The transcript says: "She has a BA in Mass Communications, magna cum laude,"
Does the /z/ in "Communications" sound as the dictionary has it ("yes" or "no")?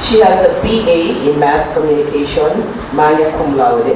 no